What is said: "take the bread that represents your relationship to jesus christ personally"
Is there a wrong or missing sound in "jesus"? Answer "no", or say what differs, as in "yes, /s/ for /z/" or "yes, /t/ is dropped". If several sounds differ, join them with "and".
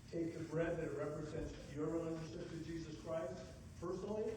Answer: no